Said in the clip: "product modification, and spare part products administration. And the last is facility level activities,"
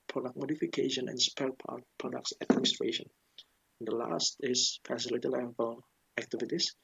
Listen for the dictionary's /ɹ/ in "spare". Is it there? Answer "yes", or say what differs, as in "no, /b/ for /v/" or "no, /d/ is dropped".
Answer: no, /l/ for /ɹ/